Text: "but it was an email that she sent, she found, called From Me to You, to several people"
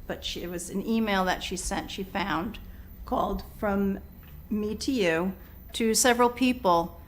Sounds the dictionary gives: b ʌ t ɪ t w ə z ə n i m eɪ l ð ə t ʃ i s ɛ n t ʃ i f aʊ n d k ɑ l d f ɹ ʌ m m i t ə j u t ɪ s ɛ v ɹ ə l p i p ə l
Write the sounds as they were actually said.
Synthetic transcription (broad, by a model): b ʌ t ɪ t w ə z ə n i m eɪ l ð ə t ʃ i s ɛ n t ʃ i f aʊ n d k ɑ l d f ɹ ʌ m m i t ə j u t ɪ s ɛ v ɹ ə l p i p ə l